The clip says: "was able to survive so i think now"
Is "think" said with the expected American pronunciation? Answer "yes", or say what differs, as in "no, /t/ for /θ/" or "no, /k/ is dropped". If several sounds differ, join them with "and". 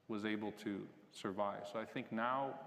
yes